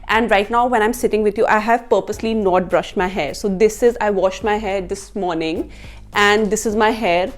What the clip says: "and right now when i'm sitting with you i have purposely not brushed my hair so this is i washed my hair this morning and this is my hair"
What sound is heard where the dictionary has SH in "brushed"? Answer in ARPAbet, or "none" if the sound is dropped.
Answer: SH